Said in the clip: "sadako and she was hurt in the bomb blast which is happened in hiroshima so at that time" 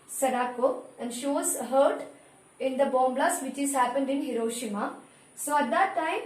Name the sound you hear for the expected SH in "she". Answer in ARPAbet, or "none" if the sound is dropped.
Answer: SH